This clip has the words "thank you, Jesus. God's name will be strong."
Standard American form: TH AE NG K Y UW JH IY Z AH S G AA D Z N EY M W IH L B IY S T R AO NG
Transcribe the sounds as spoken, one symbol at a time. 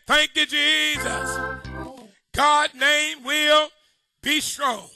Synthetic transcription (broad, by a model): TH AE NG K Y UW JH IY Z AH S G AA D N EY M W IH L B IY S T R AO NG